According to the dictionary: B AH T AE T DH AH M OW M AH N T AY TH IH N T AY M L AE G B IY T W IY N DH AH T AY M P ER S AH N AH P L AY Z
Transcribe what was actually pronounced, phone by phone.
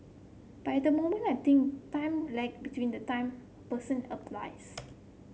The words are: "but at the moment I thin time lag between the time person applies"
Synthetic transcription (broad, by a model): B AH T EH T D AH M OW M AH N AY T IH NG T AY M L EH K B IY T W IY N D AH T AY M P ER S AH N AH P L AY S